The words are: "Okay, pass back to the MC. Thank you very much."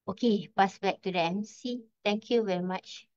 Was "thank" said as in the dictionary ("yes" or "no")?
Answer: no